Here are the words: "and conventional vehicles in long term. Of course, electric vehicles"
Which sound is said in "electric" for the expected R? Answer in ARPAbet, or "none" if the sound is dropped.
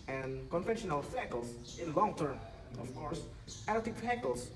none